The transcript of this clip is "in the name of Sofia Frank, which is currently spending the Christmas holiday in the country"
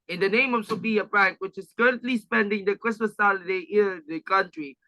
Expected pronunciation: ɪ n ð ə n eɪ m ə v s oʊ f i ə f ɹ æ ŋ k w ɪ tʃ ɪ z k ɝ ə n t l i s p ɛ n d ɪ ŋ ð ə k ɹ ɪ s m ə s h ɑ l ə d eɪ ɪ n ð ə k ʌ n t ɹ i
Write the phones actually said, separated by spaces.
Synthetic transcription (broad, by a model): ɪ n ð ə n eɪ m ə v s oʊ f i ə p ɹ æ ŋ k w ɪ tʃ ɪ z k ɝ ə n t l i s p ɛ n d ɪ ŋ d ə k ɹ ɪ s m ə s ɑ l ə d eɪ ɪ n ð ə k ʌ n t ɹ i